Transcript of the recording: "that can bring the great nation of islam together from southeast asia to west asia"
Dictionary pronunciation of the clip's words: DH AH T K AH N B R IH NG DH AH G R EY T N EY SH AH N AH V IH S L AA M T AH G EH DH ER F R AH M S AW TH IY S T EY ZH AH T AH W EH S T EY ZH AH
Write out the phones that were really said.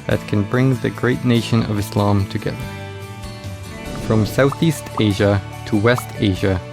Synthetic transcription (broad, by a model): DH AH T K AH N B R IH NG DH AH G R EY T N EY SH AH N AH V IH S L AA M T AH G EH DH ER F R AH M S AW TH IY S T EY ZH AH T AH W EH S T EY ZH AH